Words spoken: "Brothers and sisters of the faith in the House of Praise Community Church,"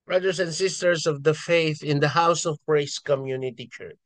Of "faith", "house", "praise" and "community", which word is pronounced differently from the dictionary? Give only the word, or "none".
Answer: praise